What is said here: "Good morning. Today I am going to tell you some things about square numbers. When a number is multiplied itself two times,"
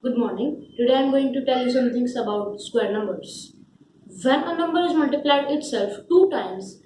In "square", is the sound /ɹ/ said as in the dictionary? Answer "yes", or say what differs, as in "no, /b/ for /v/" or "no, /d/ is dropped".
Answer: yes